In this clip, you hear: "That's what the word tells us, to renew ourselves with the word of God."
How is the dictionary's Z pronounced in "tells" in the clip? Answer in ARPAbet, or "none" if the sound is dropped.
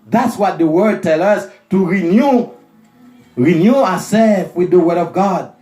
none